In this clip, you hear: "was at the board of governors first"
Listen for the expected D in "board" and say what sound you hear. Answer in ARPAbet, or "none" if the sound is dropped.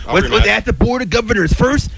D